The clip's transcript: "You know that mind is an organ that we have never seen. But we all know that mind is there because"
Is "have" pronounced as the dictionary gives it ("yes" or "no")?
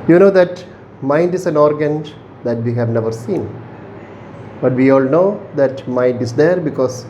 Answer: yes